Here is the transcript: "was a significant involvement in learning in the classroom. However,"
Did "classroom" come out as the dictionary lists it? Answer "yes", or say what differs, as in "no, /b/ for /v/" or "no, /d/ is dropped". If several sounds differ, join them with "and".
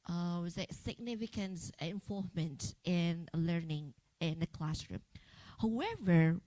yes